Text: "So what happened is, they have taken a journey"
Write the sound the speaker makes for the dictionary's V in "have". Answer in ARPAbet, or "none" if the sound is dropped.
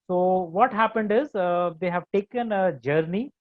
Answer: V